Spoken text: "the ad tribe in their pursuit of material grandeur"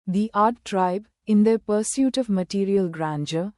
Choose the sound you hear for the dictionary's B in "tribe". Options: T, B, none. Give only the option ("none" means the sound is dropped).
B